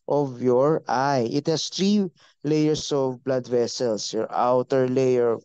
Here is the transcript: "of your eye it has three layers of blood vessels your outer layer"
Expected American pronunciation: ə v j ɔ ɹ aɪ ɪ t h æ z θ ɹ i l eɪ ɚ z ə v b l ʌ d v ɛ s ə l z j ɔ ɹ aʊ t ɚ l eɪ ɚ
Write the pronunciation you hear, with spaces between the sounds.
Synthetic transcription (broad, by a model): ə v j ɔ ɹ aɪ ɪ t h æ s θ ɹ i l eɪ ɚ s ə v b l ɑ d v ɛ s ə l s j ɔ ɹ aʊ t ɚ l eɪ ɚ